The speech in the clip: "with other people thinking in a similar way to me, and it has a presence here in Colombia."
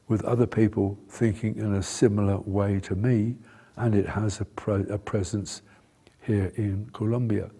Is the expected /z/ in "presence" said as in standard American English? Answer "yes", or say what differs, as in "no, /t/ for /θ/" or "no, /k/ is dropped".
yes